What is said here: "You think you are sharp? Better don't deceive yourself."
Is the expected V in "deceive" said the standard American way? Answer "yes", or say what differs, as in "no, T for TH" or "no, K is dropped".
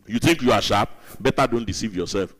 yes